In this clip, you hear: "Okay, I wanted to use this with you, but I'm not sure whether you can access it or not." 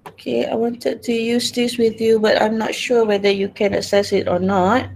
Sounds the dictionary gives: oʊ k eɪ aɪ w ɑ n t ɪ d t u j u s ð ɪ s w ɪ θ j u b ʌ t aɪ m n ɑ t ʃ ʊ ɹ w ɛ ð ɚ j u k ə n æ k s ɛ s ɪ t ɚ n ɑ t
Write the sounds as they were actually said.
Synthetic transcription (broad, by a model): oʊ k eɪ aɪ w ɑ n t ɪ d t u j u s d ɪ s w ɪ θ j u b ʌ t aɪ m n ɑ t ʃ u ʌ w ɛ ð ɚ j u k ə n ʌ s ɛ s ɪ t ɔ n ɑ t